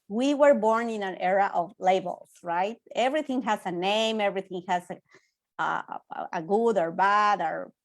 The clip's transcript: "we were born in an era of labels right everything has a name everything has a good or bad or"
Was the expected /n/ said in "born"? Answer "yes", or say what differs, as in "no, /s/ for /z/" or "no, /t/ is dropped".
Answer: yes